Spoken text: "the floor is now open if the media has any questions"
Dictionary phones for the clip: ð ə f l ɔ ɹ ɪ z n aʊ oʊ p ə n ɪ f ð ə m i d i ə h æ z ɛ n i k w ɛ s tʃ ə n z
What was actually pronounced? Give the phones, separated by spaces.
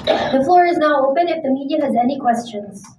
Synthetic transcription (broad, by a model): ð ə f l ɔ ɹ ɪ z n aʊ oʊ p ə n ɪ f ð ə m i d i ə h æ z ɛ n i k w ɛ s tʃ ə n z